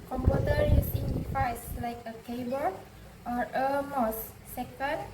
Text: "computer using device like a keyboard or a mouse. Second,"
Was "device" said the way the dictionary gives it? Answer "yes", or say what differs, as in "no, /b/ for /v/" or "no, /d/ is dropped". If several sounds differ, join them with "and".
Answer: no, /f/ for /v/